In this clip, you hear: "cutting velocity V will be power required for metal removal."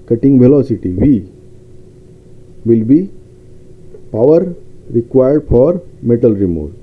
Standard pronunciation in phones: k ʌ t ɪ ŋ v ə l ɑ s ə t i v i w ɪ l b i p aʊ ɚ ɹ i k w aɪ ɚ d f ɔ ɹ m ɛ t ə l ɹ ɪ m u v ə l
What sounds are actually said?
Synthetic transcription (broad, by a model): k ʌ t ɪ ŋ v ə l ɑ s ə t i v i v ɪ l b i p aʊ ɚ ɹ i k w aɪ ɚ d f ɔ ɹ m ɛ t ə l ɹ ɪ m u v